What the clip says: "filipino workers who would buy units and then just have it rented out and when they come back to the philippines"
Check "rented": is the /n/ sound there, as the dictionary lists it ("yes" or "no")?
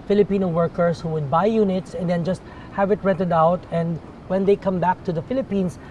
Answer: no